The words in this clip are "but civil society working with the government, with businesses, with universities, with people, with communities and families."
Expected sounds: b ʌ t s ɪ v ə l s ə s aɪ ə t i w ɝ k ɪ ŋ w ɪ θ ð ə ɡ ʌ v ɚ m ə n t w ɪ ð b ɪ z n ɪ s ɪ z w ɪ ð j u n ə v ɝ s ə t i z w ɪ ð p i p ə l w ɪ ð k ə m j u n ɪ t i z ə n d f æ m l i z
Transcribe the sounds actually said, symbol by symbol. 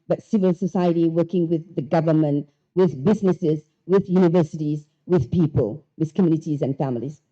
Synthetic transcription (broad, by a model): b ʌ t s ɪ v ə l s ə s aɪ ə t i w ɝ k ɪ ŋ w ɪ ð ə ɡ ʌ v ɚ m ə n t w ɪ ð b ɪ z n ɪ s ɪ z w ɪ ð j u n ə v ɝ s ə t i z w ɪ ð p i p ə l w ɪ ð k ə m j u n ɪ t i z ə n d f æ m l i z